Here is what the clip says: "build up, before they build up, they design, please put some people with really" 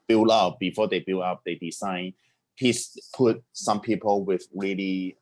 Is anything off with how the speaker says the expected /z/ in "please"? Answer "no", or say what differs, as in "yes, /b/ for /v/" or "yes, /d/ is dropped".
yes, /s/ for /z/